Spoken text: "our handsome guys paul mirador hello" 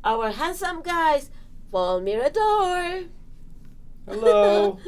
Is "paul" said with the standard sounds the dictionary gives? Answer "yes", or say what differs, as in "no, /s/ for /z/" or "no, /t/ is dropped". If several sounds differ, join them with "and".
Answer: no, /f/ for /p/